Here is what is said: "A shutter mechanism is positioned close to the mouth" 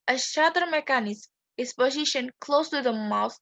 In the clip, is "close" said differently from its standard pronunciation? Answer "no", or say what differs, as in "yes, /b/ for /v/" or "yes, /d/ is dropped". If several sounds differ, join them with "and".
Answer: no